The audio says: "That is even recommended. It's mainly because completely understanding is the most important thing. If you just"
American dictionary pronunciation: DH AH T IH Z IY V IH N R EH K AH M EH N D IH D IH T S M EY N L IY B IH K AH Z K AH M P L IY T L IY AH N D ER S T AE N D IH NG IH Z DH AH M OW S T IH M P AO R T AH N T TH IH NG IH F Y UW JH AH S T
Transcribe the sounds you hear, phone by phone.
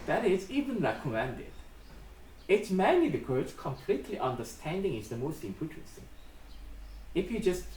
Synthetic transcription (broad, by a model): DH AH T IH Z IY V IH N R EH K AH M EH N D IH D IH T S M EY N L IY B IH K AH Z K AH M P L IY T L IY AH N D ER S T AE N D IH NG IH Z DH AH M OW S T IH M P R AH T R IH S IH F Y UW JH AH S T